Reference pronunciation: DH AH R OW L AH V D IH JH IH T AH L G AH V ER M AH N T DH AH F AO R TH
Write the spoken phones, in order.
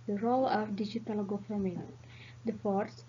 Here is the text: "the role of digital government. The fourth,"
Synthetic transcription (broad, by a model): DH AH R OW L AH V D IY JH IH T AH L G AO F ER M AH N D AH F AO R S